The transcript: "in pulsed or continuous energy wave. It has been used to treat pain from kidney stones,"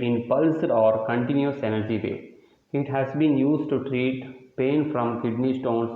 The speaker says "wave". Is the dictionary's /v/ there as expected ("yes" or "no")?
no